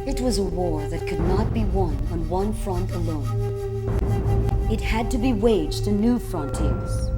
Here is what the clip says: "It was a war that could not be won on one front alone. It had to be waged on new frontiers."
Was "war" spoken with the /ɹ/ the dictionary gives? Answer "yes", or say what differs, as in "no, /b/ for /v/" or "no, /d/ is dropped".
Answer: yes